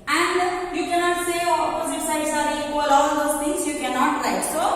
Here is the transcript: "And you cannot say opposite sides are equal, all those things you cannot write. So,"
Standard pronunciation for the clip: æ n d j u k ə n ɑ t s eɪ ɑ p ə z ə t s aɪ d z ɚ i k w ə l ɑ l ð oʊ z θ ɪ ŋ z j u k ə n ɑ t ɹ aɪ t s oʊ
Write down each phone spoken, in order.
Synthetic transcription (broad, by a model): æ n d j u k ə n ɑ t s eɪ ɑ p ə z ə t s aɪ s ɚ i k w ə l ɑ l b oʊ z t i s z j u k ə n ɑ t l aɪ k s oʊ